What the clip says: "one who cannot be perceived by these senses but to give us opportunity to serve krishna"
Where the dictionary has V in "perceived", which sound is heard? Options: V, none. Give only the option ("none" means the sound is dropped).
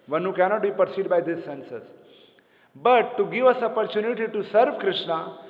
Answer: none